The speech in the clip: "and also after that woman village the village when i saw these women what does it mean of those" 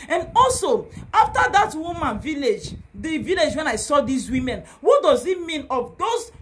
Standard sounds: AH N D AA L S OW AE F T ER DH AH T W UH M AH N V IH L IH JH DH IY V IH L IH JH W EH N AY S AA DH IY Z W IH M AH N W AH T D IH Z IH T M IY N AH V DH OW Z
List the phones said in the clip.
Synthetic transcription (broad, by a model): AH N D AA L S OW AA F T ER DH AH T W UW M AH N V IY L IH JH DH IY V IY L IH JH W EH N AY S AA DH IY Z W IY M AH N W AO T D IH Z IH T M IY N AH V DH OW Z